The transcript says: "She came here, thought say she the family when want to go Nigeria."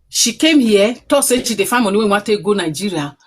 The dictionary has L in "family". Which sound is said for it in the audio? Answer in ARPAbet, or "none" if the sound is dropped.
N